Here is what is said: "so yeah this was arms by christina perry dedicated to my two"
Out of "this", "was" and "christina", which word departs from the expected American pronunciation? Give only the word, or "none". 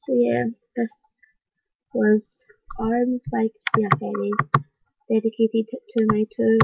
christina